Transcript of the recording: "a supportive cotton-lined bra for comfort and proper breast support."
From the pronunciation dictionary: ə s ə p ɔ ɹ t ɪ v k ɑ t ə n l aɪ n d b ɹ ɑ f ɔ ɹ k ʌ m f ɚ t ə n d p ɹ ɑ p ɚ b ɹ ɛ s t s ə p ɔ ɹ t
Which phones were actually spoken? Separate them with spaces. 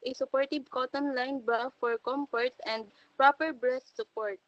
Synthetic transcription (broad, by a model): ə s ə p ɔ ɹ t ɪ b k ɑ t ə n l aɪ n b ɑ f ɔ ɹ k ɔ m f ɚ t ə n d p ɹ ɑ p ɚ b ɹ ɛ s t s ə p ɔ ɹ t